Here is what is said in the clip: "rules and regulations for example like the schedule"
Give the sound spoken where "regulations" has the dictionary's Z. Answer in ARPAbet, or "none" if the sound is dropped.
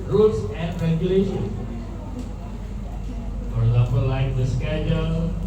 none